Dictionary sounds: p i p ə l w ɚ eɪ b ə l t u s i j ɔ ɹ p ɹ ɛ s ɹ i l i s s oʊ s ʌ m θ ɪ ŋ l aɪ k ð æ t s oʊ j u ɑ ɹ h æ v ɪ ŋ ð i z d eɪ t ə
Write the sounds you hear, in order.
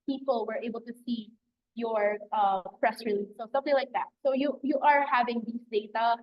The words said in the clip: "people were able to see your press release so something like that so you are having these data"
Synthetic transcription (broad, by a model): p i p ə l w ɚ eɪ b ə l t u s i j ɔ ɹ p ɹ ɛ s ɹ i l i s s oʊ s ʌ m θ ɪ ŋ l aɪ k ð æ t s oʊ j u ɑ ɹ h æ v ɪ ŋ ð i s d eɪ t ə